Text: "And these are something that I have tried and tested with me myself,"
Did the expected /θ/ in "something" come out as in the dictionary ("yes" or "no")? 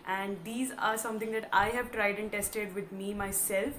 no